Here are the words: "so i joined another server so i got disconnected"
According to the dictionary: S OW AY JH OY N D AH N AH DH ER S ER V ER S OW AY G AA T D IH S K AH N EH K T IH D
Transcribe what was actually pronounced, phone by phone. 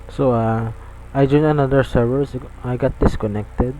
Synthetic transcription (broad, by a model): S OW AY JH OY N AH N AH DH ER S ER V ER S AY G AA T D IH S K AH N EH K T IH D